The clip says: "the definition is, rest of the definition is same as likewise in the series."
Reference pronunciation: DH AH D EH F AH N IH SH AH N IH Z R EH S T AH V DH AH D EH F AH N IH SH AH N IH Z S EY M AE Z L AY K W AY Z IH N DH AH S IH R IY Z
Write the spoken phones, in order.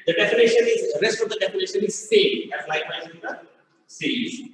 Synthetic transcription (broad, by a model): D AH D EH F AH N IH SH AH N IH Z R EH S T AH V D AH D EH F AH N IH SH AH N IH Z S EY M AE S L AY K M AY IH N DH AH S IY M